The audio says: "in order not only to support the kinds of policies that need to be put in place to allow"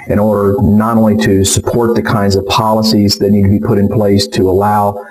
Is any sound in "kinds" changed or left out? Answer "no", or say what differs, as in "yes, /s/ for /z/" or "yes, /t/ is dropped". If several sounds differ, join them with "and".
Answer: no